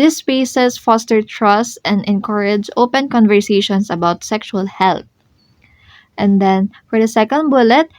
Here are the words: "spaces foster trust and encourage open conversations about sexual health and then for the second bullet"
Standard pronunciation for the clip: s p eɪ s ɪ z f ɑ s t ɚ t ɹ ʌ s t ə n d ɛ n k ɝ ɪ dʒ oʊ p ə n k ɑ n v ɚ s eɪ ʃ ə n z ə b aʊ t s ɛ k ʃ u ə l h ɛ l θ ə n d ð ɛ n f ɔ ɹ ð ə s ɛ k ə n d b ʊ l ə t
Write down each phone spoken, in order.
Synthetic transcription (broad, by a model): s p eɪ s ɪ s f ɑ s t ɚ t ɹ ʌ s t ə n d ɛ n k ɝ ɪ dʒ oʊ p ə n k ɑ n v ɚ s eɪ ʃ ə n s ə b aʊ t s ɛ k ʃ u ə l h ɛ l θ ə n d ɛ n f ɔ ɹ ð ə s ɛ k ə n d b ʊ l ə t